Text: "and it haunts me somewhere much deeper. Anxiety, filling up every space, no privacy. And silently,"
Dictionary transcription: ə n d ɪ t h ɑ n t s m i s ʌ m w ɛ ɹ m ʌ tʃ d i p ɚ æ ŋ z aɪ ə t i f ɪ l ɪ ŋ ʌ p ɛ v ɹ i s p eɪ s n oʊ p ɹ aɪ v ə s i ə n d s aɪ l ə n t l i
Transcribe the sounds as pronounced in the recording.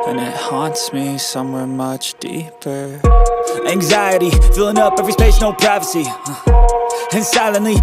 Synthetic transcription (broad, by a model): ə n ɪ t h ɑ n t s m i s ʌ m w ɛ ɹ m ʌ tʃ d i p ɚ æ ŋ z aɪ ə t i f ɪ l ɪ ŋ ʌ p ɛ v ɹ i s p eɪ ʃ n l p ɹ aɪ v ə s i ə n s aɪ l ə n l i